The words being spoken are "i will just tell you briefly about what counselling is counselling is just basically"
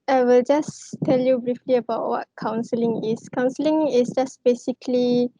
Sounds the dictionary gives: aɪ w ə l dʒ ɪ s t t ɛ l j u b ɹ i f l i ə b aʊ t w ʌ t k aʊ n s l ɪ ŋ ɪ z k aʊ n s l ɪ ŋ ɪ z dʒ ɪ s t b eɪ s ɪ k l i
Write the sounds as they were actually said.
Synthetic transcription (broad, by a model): aɪ w ə l dʒ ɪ s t t ɛ l j u b ɹ i f l i ə b aʊ t w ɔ t k aʊ n s l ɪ ŋ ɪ s k aʊ n s l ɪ ŋ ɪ s dʒ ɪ s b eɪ s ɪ k l i